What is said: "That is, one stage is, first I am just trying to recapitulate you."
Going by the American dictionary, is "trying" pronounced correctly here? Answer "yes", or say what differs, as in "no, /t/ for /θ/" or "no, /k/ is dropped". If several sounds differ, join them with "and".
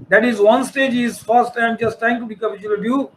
no, /ɹ/ is dropped